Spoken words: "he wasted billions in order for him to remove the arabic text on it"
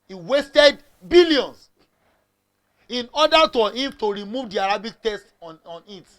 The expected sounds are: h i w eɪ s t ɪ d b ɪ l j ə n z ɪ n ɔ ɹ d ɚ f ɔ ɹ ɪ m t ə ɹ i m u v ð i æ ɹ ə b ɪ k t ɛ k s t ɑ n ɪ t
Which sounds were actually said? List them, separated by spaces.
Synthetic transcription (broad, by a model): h i w eɪ s t ɪ d b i l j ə n s ɪ n ɔ d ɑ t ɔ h ɪ m t ə ɹ i m u v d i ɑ ɹ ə b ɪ k t ɛ s t ɑ n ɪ t